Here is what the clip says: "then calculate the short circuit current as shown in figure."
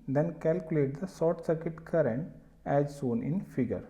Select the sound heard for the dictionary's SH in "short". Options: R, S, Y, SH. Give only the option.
S